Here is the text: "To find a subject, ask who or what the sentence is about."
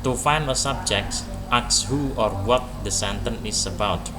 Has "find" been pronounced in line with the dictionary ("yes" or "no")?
no